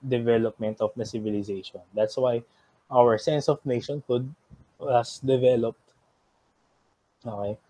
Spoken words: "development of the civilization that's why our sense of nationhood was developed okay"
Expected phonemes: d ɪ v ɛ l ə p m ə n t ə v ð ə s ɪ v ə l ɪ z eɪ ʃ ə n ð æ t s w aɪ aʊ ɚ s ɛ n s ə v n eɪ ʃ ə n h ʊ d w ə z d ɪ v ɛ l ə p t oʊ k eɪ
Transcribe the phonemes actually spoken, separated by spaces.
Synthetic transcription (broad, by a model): d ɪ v ɛ l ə p m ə n t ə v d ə s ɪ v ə l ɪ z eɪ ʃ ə n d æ t s w aɪ aʊ ɚ s ɛ n s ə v n eɪ ʃ ə n h ʊ d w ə s d ɪ v ɛ l ə p t oʊ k eɪ